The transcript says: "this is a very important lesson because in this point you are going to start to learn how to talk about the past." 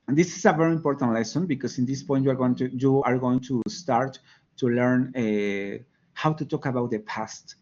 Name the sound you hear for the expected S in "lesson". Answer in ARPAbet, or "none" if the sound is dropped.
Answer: S